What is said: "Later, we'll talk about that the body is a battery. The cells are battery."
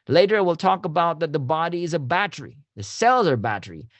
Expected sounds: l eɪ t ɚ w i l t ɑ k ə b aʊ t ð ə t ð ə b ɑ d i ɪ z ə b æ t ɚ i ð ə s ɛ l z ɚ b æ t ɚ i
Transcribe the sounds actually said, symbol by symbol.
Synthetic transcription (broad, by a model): l eɪ t ɚ w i l t ɑ k ə b aʊ t ð ə t ð ə b ɑ d i ɪ z ə b æ t ɚ i ð ə s ɛ l z ɚ b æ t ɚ i